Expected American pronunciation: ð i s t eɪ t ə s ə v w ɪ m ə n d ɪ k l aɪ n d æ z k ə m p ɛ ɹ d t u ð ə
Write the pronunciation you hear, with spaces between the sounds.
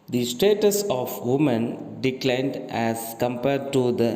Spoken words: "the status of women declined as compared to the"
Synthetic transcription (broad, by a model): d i s t eɪ t ə s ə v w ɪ m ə n d ɪ k l aɪ n d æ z k ə m p ɛ ɹ d t u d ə